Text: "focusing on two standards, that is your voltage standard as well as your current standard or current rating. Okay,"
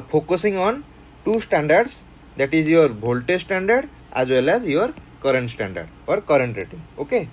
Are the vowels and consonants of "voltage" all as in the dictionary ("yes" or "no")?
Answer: no